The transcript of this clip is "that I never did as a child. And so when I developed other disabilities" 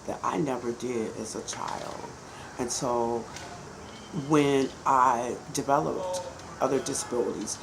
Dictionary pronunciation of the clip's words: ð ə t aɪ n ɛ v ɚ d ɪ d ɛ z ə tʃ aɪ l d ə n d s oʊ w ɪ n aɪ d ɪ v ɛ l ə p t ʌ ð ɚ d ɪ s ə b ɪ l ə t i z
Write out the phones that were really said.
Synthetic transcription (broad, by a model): ð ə t aɪ n ɛ v ɚ d ɪ d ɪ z ə tʃ aɪ l d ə n s oʊ w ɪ n aɪ d ɪ v ɛ l ə p t ʌ ð ɚ d ɪ s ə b ɪ l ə t i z